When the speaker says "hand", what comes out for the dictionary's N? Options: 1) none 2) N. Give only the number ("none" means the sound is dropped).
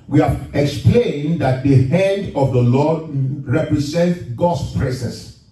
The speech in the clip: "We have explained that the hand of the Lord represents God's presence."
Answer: 2